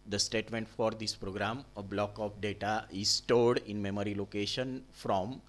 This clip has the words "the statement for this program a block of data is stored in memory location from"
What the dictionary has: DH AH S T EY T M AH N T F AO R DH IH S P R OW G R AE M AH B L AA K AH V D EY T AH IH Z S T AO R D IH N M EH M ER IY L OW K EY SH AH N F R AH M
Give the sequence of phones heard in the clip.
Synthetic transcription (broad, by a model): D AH S T EY T M AH N T F AO R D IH S P R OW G R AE M AH B L AA K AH P D EY T AH IH Z S T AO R D IH N M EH M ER IY L OW K EY SH AH N F R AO M